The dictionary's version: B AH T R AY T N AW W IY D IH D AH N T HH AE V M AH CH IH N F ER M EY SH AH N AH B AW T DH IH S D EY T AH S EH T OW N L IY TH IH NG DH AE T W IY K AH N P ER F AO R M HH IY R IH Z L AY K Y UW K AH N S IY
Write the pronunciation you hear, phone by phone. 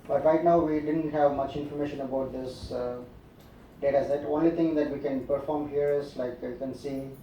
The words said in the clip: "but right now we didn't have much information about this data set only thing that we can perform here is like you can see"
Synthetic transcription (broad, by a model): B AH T R AY T N AW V IY D IH D AH N T HH AE V M AH CH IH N F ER M EY SH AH N AH B AW T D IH S D EY T AH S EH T OW N L IY T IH NG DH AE T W IY K AH N P ER F AO R M HH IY R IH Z L AY K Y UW K AH N S IY